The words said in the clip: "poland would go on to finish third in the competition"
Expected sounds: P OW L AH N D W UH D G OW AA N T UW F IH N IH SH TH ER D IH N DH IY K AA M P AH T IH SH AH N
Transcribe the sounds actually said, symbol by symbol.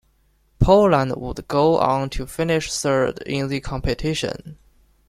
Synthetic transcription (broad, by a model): P OW L AH N D W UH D G OW AA N T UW F IH N IH SH S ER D IH N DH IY K AA M P AH T IH SH AH N